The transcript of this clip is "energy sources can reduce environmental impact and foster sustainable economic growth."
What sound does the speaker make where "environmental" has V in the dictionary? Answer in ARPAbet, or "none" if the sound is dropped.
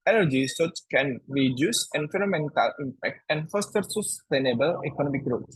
F